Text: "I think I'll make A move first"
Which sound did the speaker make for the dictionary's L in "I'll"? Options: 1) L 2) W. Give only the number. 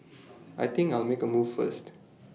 1